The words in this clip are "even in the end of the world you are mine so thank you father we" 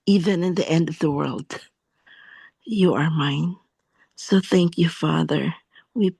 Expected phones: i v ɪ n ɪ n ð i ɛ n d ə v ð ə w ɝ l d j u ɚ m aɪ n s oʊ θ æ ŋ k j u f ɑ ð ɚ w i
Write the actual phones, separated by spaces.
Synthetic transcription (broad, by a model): i v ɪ n ɪ n ð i ɛ n d ə v ð ə w ɝ l d j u ɚ m aɪ n s oʊ θ æ ŋ k j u f ɑ ð ɚ w i